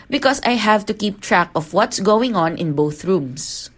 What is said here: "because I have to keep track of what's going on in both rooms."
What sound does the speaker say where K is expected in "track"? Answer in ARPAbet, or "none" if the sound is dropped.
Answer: K